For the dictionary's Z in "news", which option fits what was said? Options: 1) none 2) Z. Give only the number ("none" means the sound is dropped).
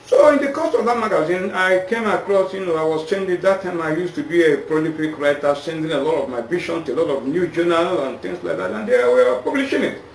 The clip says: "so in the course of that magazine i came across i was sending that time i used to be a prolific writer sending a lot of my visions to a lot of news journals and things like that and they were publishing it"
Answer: 1